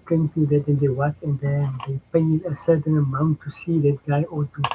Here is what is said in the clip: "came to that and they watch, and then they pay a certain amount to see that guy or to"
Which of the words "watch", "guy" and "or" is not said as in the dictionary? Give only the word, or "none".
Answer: or